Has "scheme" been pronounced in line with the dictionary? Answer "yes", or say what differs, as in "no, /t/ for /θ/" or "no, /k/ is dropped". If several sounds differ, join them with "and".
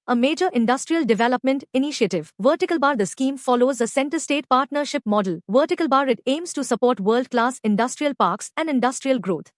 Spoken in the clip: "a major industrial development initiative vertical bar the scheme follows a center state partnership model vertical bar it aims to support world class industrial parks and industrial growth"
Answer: yes